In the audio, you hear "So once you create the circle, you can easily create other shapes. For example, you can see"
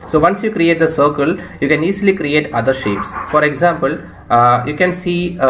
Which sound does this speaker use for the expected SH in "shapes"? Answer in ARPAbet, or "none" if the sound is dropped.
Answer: SH